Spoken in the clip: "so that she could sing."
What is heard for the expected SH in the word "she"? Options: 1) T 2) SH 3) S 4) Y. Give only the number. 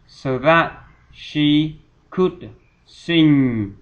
2